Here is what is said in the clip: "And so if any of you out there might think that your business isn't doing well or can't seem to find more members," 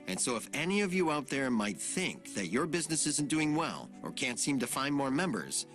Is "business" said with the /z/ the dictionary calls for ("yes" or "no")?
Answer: yes